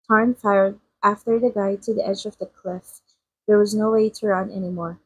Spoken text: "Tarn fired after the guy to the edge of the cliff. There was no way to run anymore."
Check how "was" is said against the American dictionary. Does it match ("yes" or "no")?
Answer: yes